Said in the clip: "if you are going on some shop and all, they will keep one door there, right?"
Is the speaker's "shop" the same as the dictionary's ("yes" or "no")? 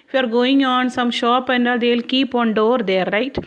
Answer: yes